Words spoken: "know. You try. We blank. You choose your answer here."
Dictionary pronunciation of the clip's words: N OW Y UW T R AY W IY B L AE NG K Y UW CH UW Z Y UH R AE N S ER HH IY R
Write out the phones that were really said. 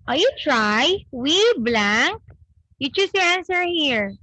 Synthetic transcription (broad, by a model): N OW Y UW T R AY W IY B L AE NG K Y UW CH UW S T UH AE N S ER HH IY R